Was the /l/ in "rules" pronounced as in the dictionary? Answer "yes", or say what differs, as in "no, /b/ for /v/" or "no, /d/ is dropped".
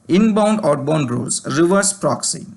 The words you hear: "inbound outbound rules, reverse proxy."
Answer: no, /l/ is dropped